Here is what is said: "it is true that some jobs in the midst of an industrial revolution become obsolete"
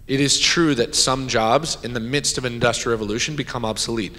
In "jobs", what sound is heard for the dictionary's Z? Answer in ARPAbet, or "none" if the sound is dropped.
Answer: Z